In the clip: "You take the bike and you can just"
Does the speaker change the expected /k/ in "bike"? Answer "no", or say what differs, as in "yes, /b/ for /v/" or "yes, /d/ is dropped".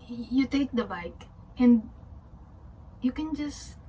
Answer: no